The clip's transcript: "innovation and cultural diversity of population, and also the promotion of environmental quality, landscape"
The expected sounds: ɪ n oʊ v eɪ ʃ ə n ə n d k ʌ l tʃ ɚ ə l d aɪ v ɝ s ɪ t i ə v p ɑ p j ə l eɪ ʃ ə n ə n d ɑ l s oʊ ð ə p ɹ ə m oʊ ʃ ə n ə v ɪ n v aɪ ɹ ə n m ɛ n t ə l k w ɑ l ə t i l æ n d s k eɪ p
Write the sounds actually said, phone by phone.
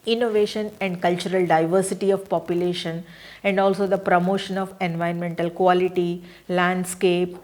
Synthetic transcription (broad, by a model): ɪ n oʊ v eɪ ʃ ə n ə n d k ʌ l tʃ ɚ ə l d aɪ v ɝ s ɪ t i ə v p ɑ p j ə l eɪ ʃ ə n ə n d ɑ l s oʊ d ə p ɹ ə m oʊ ʃ ə n ə v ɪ n v aɪ ə n m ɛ n t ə l k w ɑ l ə t i l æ n d s k eɪ p